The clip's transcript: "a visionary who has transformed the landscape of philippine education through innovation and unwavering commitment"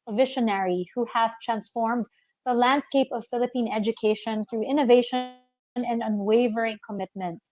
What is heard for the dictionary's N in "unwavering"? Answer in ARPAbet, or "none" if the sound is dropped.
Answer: N